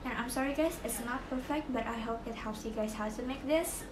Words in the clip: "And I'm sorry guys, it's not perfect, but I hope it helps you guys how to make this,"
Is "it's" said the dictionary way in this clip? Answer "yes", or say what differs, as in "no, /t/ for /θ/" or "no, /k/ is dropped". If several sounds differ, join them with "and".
yes